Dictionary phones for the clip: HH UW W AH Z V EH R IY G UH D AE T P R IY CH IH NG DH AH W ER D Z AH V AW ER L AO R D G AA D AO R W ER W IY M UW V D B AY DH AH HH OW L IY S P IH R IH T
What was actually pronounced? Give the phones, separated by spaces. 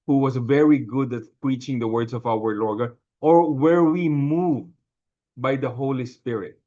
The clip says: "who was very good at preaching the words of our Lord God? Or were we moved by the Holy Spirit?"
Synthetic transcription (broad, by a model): HH UW W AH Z V EH R IY G UH D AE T P R IY CH IH NG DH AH W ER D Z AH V AW ER L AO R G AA AO R W ER W IY M UW V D B AY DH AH HH OW L IY S P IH R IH T